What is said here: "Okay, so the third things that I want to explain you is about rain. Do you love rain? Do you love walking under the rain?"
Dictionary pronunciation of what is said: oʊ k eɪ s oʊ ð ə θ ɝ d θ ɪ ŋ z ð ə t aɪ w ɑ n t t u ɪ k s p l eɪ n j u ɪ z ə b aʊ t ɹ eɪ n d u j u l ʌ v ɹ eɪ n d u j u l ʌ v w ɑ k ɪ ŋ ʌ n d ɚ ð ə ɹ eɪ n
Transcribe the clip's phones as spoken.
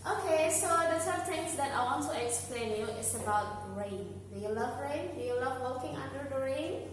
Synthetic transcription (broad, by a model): oʊ k eɪ s oʊ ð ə s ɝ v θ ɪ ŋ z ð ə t aɪ w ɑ n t t u ɪ k s p l eɪ n j u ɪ s ə b aʊ t ɹ eɪ n d u j u l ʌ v ɹ eɪ n d u j u l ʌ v w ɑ k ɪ ŋ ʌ n d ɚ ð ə ɹ eɪ n